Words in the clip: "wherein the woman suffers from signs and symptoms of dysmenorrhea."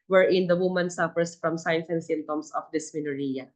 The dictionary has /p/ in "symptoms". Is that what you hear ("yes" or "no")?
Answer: no